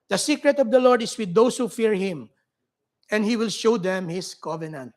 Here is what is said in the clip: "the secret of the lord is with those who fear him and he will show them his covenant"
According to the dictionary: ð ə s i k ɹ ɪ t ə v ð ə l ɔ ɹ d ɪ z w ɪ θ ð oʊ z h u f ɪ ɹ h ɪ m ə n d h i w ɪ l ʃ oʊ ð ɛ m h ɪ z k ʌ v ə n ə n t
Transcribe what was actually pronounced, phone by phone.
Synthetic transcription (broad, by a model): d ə s i k ɹ ɪ t ə v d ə l ɔ ɹ d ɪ s w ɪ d oʊ s h u f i ɹ h ɪ m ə n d h i w ɪ l ʃ oʊ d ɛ m h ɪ s k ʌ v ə n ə n t